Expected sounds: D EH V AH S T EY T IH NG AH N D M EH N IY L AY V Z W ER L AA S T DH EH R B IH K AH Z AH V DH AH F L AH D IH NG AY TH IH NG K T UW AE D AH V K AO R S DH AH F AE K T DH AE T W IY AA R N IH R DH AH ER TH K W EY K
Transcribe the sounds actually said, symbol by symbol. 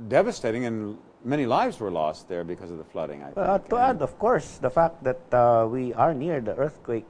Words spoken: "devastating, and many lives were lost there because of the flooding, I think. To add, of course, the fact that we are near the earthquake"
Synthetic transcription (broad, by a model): D EH V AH S T EY T IH NG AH N M EH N IY L AY V Z W ER L AA S T DH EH R B IH K AH Z AH V DH AH F L AH D IH NG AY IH T UW AE D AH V K AO R S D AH F AE K T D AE T W IY AA R N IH R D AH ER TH K W EY K